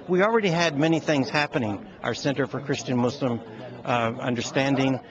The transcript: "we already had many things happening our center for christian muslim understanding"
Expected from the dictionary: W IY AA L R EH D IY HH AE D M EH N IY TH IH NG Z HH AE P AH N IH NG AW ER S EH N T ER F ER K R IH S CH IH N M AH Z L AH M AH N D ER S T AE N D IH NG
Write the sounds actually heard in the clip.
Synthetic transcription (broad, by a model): W IY L R EH D IY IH D M EH N IY TH IH NG Z HH AE P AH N IH NG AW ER S EH N T ER F ER K R IH S CH IH N M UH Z L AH M AH N D ER S T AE N D IH NG